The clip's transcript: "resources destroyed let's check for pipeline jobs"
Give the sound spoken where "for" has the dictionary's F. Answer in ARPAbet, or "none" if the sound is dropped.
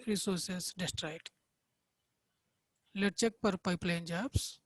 P